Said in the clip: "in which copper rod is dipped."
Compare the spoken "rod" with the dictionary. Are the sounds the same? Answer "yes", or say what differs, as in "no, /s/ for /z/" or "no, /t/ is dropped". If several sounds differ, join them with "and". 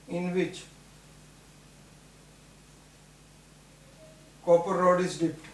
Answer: yes